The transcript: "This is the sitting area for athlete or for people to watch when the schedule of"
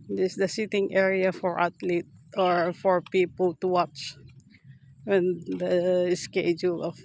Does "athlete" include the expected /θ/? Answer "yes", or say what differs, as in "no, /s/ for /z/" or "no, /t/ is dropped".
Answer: no, /t/ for /θ/